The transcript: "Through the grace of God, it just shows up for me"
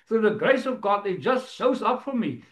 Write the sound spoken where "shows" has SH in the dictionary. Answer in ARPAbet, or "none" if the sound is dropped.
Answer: S